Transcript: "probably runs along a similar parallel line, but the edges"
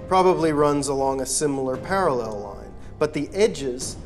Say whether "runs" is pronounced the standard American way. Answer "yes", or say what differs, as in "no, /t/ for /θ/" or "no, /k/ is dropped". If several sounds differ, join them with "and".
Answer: yes